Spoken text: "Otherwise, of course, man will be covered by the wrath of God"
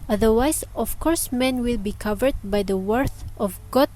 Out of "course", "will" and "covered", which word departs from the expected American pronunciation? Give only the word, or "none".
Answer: none